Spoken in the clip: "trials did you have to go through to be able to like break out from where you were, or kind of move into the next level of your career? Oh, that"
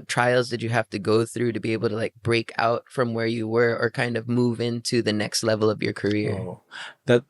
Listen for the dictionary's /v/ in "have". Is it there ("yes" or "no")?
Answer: no